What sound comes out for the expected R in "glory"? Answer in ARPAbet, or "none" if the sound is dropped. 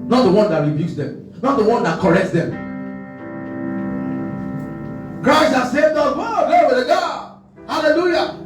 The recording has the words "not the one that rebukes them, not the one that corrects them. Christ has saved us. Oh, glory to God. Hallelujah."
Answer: W